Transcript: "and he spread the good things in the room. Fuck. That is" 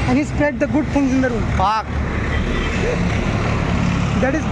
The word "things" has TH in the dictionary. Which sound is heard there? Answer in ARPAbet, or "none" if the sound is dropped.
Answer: F